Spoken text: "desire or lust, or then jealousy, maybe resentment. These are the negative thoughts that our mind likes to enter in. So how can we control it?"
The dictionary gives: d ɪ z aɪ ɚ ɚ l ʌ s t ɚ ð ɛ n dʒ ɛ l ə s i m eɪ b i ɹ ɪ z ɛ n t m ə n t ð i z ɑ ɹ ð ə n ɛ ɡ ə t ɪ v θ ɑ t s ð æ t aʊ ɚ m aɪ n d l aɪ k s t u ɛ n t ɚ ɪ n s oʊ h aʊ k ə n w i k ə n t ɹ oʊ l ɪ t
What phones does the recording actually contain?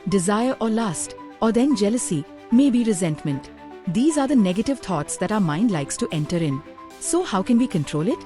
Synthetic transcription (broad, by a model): d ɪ z aɪ ɚ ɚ l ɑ s t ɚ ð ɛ n dʒ ɛ l ə s i m eɪ b i ɹ ɪ z ɛ n t m ə n t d i z ɑ ɹ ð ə n ɛ ɡ ə t ɪ v t ɑ t s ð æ t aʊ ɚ m aɪ n d l aɪ k s t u ɛ n t ɚ ɪ n s oʊ h aʊ k ə n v i k ə n t ɹ oʊ l ɪ t